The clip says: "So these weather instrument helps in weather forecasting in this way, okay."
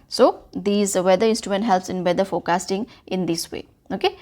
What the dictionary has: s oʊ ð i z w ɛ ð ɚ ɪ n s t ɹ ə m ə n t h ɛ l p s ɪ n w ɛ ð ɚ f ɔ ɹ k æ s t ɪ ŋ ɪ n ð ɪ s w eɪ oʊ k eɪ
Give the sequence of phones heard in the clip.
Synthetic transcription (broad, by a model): s oʊ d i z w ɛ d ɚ ɪ n s t ɹ ə m ə n t h ɛ l p s ɪ n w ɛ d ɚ f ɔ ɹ k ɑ s t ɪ ŋ ɪ n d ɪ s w eɪ oʊ k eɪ